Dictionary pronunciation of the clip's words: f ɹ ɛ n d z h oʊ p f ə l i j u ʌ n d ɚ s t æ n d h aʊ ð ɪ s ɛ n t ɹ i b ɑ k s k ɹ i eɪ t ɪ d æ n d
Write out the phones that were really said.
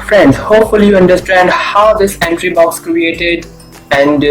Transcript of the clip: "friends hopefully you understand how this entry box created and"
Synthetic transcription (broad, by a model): f ɹ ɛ n d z h oʊ p f ə l i j u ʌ n d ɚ s t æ n d h aʊ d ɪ s ɛ n t ɹ i b ɑ k s k ɹ i eɪ t ɪ d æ n d